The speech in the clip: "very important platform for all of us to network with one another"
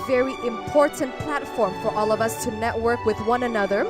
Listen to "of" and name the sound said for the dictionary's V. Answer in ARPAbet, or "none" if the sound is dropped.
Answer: V